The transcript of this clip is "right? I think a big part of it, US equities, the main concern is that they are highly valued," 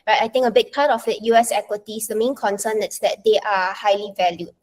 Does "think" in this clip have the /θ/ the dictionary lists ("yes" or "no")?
no